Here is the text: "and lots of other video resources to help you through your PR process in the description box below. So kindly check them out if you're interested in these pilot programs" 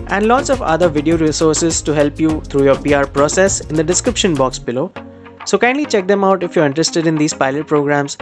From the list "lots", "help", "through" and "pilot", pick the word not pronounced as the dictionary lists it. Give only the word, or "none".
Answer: through